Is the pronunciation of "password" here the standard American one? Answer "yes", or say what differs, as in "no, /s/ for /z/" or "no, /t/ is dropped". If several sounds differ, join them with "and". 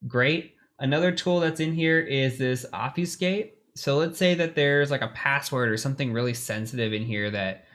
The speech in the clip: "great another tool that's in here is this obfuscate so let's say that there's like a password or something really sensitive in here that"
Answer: yes